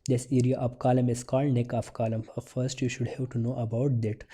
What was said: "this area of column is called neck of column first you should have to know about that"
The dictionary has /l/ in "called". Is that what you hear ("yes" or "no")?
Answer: yes